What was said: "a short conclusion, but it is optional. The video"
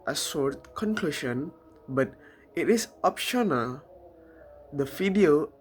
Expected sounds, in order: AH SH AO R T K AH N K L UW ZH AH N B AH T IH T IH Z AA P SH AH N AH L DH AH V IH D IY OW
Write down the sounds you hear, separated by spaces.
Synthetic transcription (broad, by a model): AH S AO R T K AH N K L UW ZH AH N B AH T IH T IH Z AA P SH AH N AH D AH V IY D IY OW